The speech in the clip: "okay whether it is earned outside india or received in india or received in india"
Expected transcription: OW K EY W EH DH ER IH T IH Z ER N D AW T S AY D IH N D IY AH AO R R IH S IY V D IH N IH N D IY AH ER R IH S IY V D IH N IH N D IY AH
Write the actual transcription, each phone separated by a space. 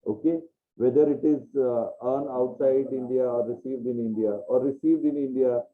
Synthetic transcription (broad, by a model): OW K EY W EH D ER IH T IH Z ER N AW T S AY D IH N D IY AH AO R R IH S IY V D IH N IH N D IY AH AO R IH S IY V D IH N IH N D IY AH